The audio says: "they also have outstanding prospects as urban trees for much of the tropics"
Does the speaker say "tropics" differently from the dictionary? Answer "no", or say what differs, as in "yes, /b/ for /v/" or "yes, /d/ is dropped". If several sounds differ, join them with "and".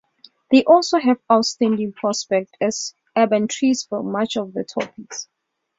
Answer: yes, /ɹ/ is dropped